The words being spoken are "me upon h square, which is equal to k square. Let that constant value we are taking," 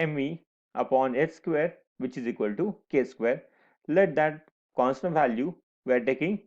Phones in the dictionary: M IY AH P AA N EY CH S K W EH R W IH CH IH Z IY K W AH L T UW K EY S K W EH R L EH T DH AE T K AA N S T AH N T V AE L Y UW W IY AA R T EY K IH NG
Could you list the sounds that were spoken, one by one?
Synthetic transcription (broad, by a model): M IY AH P AA N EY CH S K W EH R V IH CH IH Z IY K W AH L T UW K EY S K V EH R L EH T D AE T K AA N S T AH N T V AE L Y UW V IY R T EY K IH NG